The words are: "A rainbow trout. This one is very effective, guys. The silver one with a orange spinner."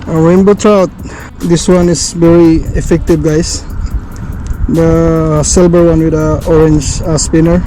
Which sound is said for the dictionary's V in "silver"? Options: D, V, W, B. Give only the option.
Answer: B